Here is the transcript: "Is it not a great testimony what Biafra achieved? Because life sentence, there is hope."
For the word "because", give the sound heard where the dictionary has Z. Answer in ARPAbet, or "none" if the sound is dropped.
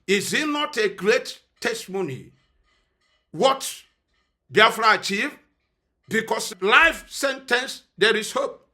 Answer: S